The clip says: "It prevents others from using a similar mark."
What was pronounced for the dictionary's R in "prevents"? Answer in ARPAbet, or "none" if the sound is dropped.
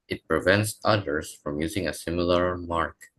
R